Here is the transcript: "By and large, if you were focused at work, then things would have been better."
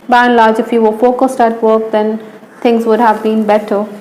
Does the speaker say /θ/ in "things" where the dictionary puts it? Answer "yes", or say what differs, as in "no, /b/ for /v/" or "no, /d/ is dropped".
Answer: no, /t/ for /θ/